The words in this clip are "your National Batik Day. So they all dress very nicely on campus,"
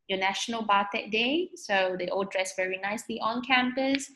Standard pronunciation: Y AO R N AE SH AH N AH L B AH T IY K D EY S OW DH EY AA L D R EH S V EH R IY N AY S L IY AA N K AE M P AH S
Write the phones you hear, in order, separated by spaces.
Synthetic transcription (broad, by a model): Y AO N AE SH AH N AH L B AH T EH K D EY S OW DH EY AA L D R EH S V EH R IY N AY S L IY AA N K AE M P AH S